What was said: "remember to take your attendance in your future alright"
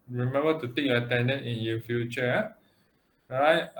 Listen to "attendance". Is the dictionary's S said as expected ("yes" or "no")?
no